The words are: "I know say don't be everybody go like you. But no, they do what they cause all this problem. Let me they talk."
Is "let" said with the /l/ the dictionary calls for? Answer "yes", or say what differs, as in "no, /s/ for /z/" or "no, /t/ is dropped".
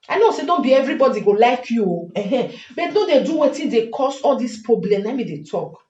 no, /n/ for /l/